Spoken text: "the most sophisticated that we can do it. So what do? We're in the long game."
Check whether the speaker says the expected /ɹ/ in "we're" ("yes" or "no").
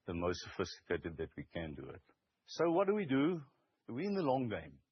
no